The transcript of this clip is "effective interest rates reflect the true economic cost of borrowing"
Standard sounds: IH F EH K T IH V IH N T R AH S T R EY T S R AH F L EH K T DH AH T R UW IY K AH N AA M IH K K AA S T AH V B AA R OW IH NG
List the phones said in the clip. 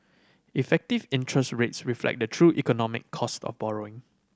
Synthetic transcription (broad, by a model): IH F EH K T IH V IH N T R AH S T R EY T S R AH F L EH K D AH T R UW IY K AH N AA M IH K K AA S T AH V B AA R OW IH NG